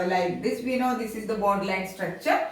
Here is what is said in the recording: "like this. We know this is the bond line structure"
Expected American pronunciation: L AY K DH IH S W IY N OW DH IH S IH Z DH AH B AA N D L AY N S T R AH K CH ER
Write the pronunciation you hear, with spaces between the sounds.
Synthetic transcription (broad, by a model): L AY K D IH S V IY N OW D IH S IH Z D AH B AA D L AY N S T R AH K CH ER